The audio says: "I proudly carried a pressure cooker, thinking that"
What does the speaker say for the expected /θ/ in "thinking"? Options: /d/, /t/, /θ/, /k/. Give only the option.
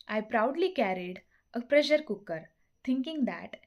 /t/